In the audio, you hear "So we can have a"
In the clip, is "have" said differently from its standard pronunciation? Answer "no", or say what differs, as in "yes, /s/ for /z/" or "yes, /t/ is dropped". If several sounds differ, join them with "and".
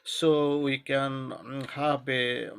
yes, /b/ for /v/